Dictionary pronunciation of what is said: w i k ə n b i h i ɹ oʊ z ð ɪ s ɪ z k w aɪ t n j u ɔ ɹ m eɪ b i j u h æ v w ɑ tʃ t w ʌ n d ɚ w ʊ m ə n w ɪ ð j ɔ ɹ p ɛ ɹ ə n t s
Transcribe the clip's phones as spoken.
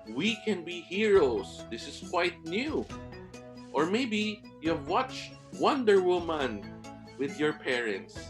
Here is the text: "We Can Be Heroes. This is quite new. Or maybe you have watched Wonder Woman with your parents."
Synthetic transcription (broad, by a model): w i k ə n b i h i ɹ oʊ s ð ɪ s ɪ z k w aɪ t n j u ɔ ɹ m eɪ b i j u h æ v w ɑ tʃ t w ʌ n d ɚ w ʊ m ə n w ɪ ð j ɔ ɹ p ɛ ɹ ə n t s